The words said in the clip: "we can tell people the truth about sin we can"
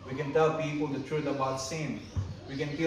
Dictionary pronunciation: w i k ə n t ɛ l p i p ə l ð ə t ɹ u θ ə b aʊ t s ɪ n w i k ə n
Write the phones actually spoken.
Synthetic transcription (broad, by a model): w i k ə n t ɛ l p i p ə l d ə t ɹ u t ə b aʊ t s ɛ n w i k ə n